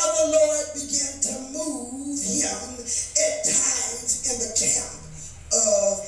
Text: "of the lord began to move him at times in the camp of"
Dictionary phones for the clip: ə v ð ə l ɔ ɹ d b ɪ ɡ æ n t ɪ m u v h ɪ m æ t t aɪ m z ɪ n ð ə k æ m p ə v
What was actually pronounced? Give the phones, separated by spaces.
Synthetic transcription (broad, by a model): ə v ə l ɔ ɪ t b ɪ ɡ æ n t ɪ m u v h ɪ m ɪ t t aɪ m z ɪ n ð ə k æ m p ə